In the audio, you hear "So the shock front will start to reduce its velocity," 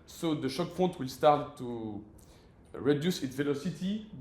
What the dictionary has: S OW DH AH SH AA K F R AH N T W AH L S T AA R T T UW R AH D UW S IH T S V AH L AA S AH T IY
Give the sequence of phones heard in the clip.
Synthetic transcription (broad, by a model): S OW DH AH SH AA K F AO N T W AH L S T AA R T T UW R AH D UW S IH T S V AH L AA S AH T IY